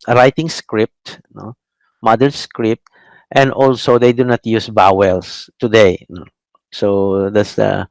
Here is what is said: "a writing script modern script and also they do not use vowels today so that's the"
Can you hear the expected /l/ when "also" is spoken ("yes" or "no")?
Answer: yes